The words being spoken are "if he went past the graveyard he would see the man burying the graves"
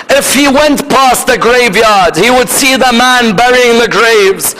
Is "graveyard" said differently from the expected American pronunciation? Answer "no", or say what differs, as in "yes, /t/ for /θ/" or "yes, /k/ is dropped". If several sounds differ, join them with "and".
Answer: no